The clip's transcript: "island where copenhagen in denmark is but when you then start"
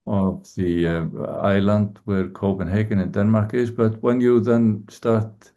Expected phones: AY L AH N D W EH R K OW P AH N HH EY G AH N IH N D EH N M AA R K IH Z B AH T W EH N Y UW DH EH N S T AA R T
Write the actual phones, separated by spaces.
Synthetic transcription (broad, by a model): AY L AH N D W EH R K OW P AH N HH EY G AH N IH N D EH N M AA R K IH Z B AH T W EH N Y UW DH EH N S T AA R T